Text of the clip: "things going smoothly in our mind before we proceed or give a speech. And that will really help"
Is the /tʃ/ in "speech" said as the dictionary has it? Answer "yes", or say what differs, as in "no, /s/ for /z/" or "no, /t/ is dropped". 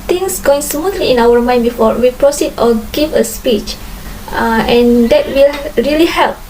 yes